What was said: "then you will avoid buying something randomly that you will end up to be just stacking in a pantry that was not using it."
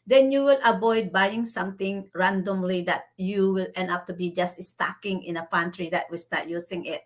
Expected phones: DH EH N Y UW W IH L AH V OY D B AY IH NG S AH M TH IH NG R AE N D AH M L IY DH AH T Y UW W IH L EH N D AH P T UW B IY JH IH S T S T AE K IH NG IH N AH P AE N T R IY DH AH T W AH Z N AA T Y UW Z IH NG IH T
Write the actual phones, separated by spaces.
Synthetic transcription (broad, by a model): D EH N Y UW W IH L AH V OY D B AY IH NG S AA M T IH NG R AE N D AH M L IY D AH T Y UW W IH L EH N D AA P T UW B IY JH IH S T S T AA K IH NG IH N AH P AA N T R IY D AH T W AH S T AA T Y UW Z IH NG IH T